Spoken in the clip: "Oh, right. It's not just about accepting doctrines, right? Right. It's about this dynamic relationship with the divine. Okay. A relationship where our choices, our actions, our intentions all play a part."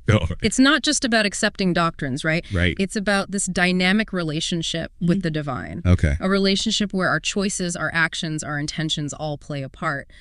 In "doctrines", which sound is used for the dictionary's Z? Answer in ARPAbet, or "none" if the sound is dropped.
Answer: Z